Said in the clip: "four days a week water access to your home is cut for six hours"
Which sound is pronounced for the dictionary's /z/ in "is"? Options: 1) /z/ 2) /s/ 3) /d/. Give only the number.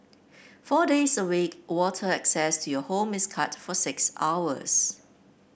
2